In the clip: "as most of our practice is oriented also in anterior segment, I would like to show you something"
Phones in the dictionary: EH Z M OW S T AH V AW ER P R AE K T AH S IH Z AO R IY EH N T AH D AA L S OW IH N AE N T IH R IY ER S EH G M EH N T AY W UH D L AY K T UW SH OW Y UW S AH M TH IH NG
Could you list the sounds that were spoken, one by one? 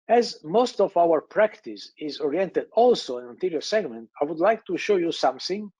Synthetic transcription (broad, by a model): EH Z M OW S T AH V AW ER P R AE K T AH S IH Z AO R IY EH N T AH D AA L S OW IH N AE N T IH R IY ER S EH G M EH N T AY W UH D L AY K T UW SH OW Y UW S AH M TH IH NG